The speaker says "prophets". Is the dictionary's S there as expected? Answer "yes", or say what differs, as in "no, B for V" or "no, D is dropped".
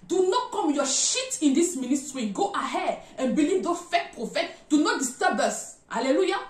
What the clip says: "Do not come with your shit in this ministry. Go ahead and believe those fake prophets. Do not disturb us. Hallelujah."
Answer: no, S is dropped